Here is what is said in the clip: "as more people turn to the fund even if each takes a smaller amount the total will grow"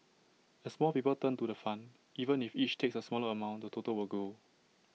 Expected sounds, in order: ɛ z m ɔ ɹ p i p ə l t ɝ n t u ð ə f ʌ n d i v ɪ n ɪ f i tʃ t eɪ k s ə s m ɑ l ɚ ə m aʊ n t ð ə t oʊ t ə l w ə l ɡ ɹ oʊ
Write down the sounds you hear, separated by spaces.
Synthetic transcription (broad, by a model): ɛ s m ɔ l p i p ə l t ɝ n t u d ə f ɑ n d i v ɪ n ɪ f i tʃ t eɪ k s ə s m ɑ l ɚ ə m aʊ n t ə t oʊ t ə l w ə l ɡ oʊ